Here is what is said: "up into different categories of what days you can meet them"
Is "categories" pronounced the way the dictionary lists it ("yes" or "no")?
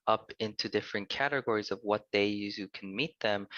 yes